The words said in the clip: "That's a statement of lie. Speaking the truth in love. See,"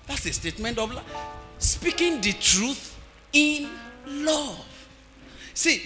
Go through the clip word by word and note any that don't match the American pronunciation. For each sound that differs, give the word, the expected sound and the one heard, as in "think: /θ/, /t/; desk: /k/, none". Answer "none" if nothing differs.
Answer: none